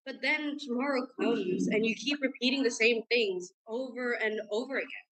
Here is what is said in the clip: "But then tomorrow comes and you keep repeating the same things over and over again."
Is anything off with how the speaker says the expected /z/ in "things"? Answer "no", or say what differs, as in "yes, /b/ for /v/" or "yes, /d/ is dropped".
no